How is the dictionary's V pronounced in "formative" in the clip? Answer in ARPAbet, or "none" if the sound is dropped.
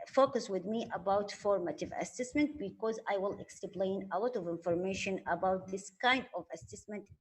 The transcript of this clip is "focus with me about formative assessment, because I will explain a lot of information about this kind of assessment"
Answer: V